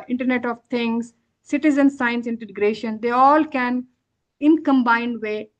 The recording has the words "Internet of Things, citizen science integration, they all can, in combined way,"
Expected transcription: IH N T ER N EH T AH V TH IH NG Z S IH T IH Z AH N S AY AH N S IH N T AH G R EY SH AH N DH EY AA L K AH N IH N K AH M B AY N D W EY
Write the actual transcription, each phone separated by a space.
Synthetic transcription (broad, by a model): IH N T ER N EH T AH V T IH NG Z S IH T IH Z AH N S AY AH N S IH N T AH G R EY SH AH N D EY AA L K AH N IH N K AH M B AY N D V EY